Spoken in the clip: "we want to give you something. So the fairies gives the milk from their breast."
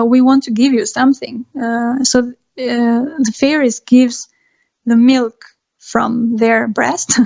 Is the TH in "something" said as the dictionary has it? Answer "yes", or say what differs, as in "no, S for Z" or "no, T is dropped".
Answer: yes